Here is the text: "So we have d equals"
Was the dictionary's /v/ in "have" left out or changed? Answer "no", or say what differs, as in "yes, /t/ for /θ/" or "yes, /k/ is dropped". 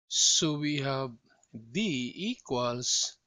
yes, /b/ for /v/